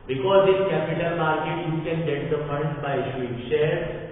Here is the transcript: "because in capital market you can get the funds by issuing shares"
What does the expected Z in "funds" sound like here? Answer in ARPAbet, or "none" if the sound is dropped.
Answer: none